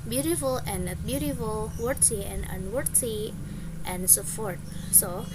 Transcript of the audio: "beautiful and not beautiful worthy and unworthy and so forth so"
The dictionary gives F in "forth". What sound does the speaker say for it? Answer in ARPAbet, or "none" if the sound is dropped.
P